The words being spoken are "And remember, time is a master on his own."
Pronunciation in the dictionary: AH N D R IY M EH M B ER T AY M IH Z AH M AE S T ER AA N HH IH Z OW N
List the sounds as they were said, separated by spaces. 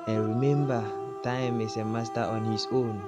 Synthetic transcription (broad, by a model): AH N R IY M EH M B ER T AY M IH S AH M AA S T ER AA N HH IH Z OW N